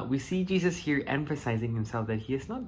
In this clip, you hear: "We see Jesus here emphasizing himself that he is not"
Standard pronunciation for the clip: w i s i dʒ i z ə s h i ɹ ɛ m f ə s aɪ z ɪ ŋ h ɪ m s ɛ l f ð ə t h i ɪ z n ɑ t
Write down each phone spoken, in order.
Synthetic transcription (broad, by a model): w i s i dʒ i z ə s h i ɹ ɛ m f ə s aɪ z ɪ ŋ h ɪ m s ɛ l f ð ə t h i ɪ z n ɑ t